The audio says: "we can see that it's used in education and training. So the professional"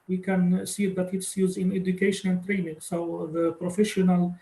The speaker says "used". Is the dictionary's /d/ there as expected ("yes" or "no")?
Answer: no